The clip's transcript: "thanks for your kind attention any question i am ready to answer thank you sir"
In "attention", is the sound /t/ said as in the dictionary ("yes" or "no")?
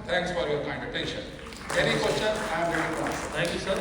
yes